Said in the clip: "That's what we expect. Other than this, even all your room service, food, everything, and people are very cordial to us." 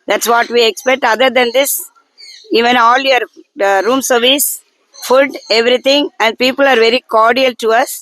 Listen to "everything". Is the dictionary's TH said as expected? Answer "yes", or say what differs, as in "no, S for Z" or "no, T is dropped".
no, T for TH